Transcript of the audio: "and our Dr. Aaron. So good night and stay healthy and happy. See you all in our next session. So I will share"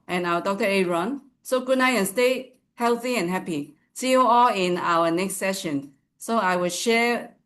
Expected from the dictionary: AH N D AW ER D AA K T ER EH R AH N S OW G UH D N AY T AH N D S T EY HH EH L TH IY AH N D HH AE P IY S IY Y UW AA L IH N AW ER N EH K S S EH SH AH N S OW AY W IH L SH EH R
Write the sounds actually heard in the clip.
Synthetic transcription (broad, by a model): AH N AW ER D AA K T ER EH R AH N S OW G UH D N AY AH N S T EY HH EH L TH IY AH N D HH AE P IY S IY Y UW AA L IH N AW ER N EH K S S EH SH AH N S OW AY W IH L SH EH